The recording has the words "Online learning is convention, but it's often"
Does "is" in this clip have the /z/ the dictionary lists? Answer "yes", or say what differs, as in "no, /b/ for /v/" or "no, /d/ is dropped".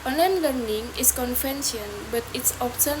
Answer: no, /s/ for /z/